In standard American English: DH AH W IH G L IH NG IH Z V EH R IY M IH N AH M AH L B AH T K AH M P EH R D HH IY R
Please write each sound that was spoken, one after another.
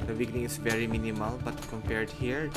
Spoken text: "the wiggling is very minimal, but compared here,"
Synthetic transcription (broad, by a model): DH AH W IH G N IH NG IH S V EH R IY M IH N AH M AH L B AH T K AH M P EH R D HH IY R